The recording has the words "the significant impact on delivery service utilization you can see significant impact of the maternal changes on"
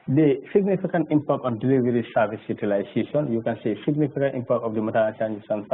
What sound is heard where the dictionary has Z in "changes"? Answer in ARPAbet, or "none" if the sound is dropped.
S